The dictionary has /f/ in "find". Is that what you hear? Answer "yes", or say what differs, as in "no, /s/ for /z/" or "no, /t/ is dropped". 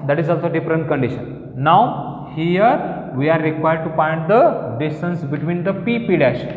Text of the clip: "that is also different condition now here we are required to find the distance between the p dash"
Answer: no, /p/ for /f/